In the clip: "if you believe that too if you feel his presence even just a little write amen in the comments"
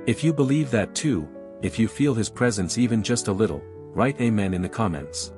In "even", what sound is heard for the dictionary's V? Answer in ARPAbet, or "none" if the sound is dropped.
V